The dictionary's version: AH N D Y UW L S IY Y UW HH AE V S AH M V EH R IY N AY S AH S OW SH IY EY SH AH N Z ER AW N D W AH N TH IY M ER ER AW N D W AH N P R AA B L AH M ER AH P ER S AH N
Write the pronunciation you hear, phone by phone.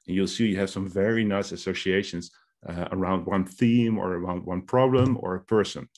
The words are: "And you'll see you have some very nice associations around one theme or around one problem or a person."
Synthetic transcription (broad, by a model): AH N Y UW L S IY Y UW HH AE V S AH M V EH R IY N AY S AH S OW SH IY EY SH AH N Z ER AW N D W AH N TH IY M ER ER AW N D W AH N P R AA B L AH M ER AH P ER S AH N